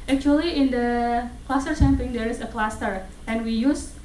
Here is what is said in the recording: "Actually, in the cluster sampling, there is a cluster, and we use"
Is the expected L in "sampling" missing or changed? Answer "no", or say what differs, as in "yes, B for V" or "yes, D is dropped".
yes, L is dropped